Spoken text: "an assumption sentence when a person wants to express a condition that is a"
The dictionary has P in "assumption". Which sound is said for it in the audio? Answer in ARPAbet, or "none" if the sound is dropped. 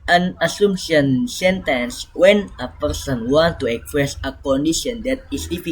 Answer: none